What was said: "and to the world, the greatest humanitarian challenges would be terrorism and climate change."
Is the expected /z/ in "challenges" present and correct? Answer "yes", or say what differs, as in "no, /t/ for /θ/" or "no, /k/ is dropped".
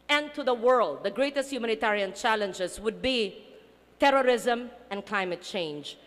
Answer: no, /s/ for /z/